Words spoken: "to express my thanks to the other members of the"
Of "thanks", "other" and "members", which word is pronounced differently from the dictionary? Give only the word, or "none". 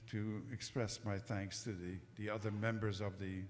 none